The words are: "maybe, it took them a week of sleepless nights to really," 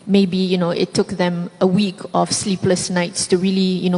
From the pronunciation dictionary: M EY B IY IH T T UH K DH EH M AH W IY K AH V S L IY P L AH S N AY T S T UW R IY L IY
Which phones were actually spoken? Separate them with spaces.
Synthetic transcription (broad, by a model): M EY B IY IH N T UH K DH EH M AH W IY K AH F S L IY P L AH S N AY T S T UW R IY L IY